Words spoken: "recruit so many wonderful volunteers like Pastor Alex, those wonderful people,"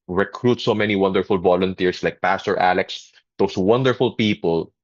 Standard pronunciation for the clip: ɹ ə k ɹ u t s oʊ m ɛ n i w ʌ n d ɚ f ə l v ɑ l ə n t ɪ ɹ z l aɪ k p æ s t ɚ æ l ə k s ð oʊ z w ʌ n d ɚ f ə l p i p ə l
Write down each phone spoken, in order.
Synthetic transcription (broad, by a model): ɹ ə k ɹ u t s oʊ m ɛ n i w ʌ n d ɚ f ə l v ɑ l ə n t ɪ ɹ s l aɪ k p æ s t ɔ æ l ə k s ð oʊ s w ʌ n d ɚ f ə l p i p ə l